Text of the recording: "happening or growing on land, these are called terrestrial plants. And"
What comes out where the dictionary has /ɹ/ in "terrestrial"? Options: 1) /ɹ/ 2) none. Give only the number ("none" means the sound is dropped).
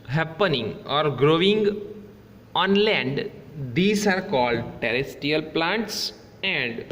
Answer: 2